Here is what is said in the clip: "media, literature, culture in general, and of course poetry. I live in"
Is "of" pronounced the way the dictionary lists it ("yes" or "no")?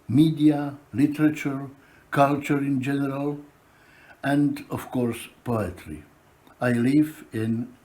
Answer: no